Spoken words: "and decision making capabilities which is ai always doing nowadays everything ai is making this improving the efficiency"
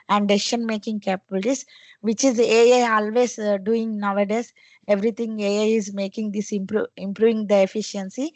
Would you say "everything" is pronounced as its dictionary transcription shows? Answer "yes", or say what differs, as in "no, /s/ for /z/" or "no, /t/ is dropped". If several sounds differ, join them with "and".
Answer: no, /t/ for /θ/